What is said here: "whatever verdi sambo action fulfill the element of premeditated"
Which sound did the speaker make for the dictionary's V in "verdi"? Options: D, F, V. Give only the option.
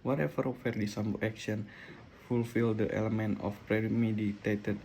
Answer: F